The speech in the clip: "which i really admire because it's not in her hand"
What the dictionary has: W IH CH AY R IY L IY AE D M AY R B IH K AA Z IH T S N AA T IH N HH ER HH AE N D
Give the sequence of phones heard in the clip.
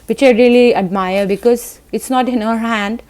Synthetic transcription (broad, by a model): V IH CH AY R IY L IY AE D M AY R B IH K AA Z IH T S N AA T IH N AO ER HH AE N D